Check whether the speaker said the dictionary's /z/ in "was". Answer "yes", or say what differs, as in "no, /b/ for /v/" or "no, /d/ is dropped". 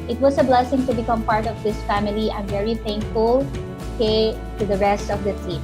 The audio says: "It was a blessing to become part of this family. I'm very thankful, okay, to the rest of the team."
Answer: no, /s/ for /z/